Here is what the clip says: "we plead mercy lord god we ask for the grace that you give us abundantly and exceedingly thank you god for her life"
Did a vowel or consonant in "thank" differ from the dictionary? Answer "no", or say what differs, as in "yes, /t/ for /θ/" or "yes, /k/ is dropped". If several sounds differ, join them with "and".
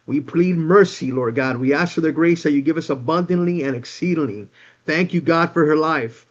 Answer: no